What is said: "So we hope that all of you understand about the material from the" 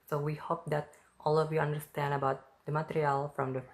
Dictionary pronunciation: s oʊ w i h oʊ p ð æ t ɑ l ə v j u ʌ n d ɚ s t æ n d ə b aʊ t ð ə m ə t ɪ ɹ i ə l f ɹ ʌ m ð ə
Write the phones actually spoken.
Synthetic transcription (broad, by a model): s oʊ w i h oʊ p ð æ t ɑ l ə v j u ʌ n d ɚ s t æ n d ə b aʊ t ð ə m ə t ɪ ɹ i ə l f ɹ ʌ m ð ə